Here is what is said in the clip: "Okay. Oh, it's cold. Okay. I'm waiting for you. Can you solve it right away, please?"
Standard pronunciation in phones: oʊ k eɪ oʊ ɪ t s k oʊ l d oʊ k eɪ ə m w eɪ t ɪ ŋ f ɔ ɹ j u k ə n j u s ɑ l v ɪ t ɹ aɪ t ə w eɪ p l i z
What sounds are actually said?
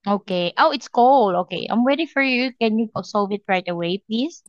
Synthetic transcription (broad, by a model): oʊ k eɪ oʊ ɪ t s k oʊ l oʊ k eɪ ə m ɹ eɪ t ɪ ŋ f ɔ ɹ j u k ə n j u s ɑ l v ɪ t ɹ aɪ t ə w eɪ p l i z